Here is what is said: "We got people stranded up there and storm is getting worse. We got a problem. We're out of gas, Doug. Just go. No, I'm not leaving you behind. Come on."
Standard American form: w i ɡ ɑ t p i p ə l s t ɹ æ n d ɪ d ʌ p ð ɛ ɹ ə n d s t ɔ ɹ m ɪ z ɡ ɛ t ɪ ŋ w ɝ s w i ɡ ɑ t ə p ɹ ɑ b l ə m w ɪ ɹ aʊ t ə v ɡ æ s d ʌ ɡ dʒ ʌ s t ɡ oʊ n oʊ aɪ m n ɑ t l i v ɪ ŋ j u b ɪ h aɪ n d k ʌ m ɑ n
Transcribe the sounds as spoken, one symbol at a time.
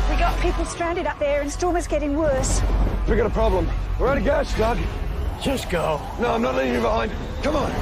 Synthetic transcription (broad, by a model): w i ɡ ɑ t p i p ə l s t ɹ æ n d ɪ d ʌ p ð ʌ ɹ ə n s t ɔ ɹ m ɪ z ɡ ɛ t ɪ ŋ w ɝ s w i ɡ ɑ t ə p ɹ ɑ b l ə m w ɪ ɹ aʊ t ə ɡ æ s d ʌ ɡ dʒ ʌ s ɡ oʊ n oʊ aɪ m n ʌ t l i ɪ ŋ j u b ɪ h aɪ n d k ʌ m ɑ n